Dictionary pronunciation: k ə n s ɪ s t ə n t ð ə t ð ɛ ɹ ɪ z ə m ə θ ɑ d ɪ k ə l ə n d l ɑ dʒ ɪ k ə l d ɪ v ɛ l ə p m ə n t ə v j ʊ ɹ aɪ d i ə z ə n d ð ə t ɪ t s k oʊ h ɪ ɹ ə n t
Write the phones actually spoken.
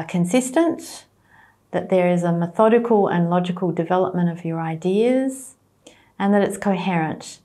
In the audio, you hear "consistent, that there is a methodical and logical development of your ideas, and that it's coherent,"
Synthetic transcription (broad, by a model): k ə n s ɪ s t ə n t ð ə t ð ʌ ɹ ɪ z ə m ə θ ɑ d ɪ k ə l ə n l ɑ dʒ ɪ k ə l d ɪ v ɛ l ə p m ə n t ə v j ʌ ɹ aɪ d i ə z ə n ð ə t ɪ t s k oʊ h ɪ ɹ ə n t